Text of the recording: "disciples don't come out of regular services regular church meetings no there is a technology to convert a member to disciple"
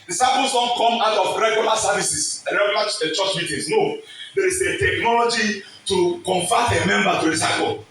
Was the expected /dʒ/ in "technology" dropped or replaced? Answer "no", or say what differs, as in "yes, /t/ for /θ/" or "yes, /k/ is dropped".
no